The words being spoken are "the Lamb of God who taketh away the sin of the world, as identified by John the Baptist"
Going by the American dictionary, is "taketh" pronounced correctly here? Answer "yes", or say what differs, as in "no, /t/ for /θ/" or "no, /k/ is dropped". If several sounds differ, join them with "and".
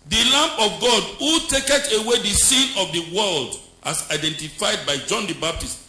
no, /t/ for /θ/